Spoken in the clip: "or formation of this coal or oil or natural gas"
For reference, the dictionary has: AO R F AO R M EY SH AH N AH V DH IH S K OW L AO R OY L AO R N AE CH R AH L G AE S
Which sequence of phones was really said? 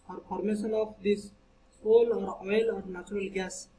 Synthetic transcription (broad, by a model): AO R P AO R M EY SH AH N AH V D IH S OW L AO R OY L AO R N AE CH R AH L G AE S